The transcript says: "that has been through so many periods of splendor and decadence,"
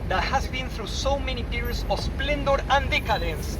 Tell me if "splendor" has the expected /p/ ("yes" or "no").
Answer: yes